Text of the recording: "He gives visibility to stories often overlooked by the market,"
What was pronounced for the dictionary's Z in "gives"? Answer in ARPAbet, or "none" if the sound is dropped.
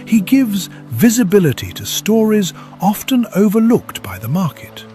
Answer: Z